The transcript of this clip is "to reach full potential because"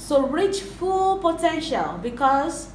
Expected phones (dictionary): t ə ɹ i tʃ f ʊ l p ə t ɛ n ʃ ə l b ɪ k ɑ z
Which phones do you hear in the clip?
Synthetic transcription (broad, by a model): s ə ɹ i tʃ f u l p ə t ɛ n ʃ ə l b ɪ k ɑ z